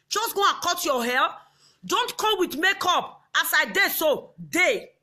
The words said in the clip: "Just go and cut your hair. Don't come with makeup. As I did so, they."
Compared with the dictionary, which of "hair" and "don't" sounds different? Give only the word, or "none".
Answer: hair